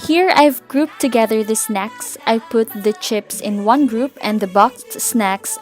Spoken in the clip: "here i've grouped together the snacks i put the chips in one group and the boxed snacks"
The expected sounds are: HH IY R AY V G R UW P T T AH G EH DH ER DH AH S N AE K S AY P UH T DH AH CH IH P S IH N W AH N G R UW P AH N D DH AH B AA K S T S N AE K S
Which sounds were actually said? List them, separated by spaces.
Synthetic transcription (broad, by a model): HH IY R AY V G R UW P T T AH G EH DH ER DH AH S N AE K S AY P UH T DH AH CH IH P S IH N W AH N G R UW P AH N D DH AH B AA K T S N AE K S